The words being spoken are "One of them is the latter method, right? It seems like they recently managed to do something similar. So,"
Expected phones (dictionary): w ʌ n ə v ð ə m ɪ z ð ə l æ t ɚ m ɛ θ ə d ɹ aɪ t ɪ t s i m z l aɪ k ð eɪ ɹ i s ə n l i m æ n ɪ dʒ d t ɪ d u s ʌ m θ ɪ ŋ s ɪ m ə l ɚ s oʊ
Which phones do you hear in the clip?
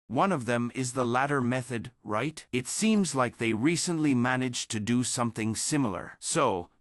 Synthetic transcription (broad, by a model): w ʌ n ə v ð ə m ɪ z ð ə l æ t ɚ m ɛ θ ə d ɹ aɪ t ɪ t s i m z l aɪ k ð eɪ ɹ i s ə n l i m æ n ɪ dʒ t ɪ d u s ʌ m θ ɪ ŋ s ɪ m l ɚ s oʊ